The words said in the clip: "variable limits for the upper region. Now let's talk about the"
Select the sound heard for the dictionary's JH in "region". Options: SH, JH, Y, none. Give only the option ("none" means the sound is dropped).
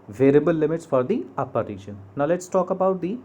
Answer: SH